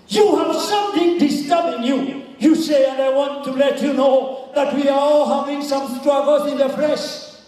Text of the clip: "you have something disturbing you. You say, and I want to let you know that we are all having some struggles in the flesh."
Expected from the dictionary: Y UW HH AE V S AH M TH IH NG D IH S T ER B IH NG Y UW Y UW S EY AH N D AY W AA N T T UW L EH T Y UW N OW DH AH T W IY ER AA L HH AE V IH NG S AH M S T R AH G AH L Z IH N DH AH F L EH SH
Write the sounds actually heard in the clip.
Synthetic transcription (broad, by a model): Y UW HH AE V S AH M TH IH NG D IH S T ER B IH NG Y UW Y UW S EY AH N D AY W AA N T T UW L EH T Y UW N OW DH AH T W IY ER AA L HH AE V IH NG S AH M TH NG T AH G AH Z IH N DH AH F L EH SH